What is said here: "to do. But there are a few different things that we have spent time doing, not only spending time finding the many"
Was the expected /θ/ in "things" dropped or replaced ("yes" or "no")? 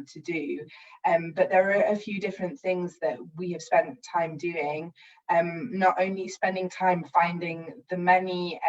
no